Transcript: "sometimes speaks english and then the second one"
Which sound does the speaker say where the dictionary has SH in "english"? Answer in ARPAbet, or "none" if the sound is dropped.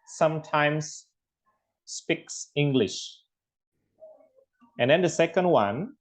SH